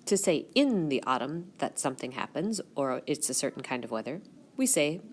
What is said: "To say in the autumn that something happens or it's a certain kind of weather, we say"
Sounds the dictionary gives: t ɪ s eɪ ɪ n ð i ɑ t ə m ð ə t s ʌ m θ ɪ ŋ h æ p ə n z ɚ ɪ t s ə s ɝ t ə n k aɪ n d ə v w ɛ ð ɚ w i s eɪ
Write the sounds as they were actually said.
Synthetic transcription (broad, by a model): t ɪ s eɪ ɪ n ð i ɑ t ə m ð ə t s ʌ m θ ɪ ŋ h æ p ə n z ɚ ɪ t s ə s ɝ t n k aɪ n d ə v w ɛ ð ɚ w i s eɪ